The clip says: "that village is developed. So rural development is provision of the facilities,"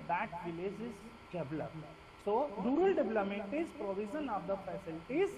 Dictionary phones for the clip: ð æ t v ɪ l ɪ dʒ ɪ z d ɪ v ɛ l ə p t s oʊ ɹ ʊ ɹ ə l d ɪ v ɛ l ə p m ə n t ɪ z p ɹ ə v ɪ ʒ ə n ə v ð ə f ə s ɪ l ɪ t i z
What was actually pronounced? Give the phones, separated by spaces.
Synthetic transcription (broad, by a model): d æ t v ɪ l ɪ dʒ ɪ z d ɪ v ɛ l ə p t s oʊ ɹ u ɹ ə l d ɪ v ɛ l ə m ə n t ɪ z p ɹ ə v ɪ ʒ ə n ə v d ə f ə s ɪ l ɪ t i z